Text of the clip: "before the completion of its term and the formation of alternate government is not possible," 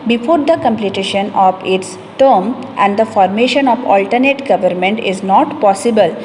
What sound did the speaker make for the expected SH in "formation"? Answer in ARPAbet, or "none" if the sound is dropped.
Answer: SH